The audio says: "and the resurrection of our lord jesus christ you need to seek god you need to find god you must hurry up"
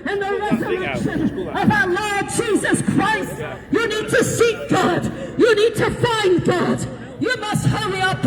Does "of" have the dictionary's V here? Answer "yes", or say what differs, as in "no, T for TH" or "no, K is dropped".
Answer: yes